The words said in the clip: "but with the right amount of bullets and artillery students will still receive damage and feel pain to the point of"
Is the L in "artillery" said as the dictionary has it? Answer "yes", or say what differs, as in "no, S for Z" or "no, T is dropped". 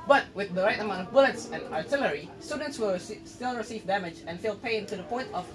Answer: yes